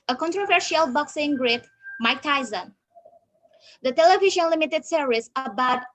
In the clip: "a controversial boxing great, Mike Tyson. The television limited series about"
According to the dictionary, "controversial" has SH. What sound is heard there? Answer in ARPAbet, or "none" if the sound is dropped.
SH